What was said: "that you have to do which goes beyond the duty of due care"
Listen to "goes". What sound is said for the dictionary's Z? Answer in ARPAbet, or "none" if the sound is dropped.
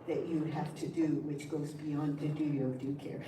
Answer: Z